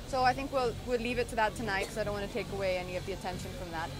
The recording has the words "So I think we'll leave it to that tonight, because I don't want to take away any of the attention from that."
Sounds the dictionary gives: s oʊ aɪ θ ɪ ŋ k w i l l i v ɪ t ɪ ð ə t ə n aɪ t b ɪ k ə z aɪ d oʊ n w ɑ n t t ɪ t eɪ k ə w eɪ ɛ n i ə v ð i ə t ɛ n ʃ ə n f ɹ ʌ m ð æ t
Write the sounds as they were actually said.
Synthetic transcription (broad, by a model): s oʊ aɪ θ ɪ ŋ k w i l l i v ɪ t ɪ ð ə t ə n aɪ t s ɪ ə aɪ d oʊ n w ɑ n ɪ t eɪ k ə w eɪ ɛ n i ə v ð i ə t ɛ n ʃ ə n f ɹ ʌ m ð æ t